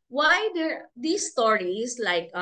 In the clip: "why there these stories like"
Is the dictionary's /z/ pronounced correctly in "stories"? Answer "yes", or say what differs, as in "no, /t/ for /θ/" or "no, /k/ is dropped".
no, /s/ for /z/